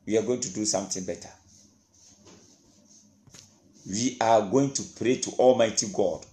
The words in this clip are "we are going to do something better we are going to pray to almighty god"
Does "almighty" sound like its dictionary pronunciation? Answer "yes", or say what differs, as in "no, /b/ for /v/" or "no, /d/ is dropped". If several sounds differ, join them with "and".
yes